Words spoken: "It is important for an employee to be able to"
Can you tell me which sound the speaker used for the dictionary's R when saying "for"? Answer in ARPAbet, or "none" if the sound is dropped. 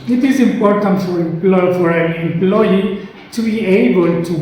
L